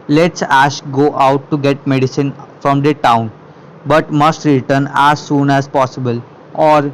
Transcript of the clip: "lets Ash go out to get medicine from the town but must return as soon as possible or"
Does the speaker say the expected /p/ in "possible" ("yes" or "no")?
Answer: yes